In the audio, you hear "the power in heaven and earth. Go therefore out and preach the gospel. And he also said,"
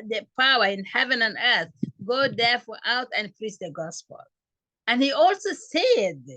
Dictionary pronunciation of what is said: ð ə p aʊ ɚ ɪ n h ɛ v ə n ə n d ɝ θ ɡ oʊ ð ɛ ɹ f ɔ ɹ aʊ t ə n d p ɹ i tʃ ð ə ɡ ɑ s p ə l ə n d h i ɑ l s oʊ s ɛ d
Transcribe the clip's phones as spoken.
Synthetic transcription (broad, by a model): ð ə p aʊ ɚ ɪ n h ɛ v ə n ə n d ɝ θ ɡ oʊ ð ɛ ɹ f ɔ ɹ aʊ t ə n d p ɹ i s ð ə ɡ ɑ s p ə l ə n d h i ɑ l s oʊ s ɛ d